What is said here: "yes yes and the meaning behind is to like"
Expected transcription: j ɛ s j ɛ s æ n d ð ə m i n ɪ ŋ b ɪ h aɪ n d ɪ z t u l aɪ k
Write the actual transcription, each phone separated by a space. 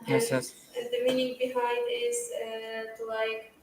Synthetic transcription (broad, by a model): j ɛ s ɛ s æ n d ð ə m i n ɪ ŋ b ɪ h aɪ n d ɪ z t u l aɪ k